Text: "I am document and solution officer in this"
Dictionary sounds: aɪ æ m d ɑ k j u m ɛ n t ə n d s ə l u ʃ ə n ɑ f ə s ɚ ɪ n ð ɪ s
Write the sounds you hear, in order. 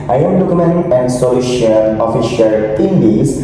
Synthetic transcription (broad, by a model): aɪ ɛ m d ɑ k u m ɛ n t ə n d s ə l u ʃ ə l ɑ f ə ʃ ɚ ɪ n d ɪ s